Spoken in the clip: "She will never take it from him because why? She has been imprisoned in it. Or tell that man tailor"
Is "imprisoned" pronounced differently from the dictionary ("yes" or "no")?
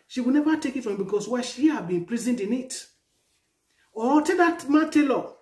yes